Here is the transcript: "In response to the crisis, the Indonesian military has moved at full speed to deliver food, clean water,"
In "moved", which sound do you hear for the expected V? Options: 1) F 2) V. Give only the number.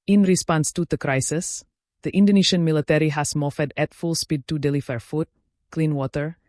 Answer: 1